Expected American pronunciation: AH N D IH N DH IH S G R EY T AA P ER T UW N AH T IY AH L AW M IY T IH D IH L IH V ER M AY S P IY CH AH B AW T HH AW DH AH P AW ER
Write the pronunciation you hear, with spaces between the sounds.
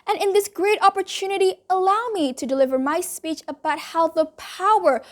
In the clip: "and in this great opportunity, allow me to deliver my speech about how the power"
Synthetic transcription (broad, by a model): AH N IH N DH IH S G R EY T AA P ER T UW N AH T IY AH L AW M IY T IH D IH L IH V ER M AY S P IY CH AH B AW T HH AW DH AH P AW ER